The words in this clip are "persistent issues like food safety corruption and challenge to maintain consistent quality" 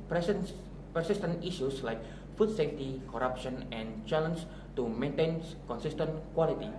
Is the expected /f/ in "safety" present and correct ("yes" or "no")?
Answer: yes